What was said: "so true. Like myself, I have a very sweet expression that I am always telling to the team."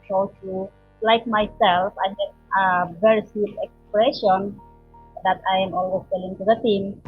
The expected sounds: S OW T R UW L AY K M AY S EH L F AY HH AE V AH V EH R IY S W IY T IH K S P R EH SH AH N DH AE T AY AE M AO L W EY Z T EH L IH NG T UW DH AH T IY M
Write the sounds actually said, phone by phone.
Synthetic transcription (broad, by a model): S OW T UW L AY K M AY S EH L F AY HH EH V AH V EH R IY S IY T IH K S P R EH SH AH N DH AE T AY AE M AO L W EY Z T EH L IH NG T UW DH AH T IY M